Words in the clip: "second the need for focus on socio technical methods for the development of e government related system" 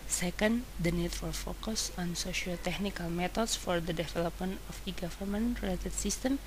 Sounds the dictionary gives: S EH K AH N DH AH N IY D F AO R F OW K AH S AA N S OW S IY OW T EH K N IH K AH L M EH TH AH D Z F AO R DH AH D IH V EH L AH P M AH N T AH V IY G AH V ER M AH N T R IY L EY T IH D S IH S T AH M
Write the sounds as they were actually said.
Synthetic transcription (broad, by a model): S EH K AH N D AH N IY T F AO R F OW K AH S AA N S OW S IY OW T EH K N IH K AH L M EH T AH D S F AO R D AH D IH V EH L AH P M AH N AH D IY G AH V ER M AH N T R IY L EY T IH D S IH S T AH M